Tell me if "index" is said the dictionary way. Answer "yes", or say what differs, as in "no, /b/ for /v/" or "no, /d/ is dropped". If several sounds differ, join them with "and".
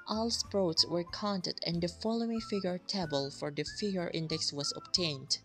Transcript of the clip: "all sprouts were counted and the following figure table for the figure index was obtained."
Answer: yes